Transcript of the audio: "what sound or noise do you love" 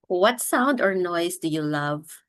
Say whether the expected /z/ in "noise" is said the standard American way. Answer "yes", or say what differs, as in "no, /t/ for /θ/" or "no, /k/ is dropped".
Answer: no, /s/ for /z/